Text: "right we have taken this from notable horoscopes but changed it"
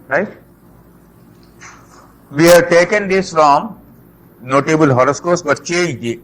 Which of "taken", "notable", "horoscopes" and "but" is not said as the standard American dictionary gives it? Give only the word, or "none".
horoscopes